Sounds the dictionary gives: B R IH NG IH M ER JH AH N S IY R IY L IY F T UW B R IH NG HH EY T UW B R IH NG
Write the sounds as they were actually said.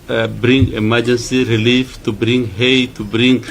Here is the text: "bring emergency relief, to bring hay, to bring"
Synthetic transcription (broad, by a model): B R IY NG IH M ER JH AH N S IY R IY L IY F T UW B R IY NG HH EY T UW B R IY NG